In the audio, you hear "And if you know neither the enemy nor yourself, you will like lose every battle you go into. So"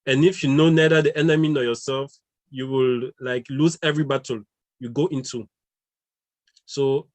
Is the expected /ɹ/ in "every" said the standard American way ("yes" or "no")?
yes